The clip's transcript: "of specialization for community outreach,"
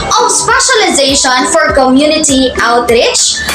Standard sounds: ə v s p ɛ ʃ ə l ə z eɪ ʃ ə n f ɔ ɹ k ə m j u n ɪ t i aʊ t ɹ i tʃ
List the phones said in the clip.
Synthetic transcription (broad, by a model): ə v s p ɛ ʃ ə l ə z eɪ ʃ ə n f ɔ ɹ k ə m j u n ɪ t i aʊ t ɹ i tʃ